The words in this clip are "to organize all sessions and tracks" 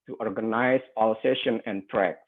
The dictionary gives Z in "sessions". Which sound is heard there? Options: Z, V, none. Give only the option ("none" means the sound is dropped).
none